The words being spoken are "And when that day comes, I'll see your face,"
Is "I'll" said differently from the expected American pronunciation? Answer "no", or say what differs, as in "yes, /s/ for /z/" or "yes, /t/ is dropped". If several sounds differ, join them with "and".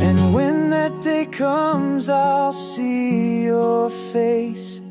no